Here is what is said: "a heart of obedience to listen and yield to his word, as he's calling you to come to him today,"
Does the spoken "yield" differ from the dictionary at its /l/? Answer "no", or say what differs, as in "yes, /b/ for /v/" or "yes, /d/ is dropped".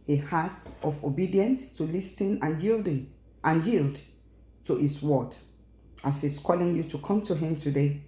no